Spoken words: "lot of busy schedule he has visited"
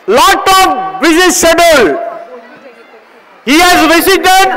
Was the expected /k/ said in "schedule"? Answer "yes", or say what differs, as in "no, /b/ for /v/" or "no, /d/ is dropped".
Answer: no, /k/ is dropped